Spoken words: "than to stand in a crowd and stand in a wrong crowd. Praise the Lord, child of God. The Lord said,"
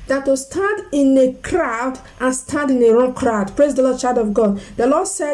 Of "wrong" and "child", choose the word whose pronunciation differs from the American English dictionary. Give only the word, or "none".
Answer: child